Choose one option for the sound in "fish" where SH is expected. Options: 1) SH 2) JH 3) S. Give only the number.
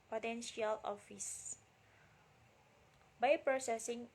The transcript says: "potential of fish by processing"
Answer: 3